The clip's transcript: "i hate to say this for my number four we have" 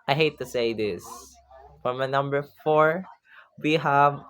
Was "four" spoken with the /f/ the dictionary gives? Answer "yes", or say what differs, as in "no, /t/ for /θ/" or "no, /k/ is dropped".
yes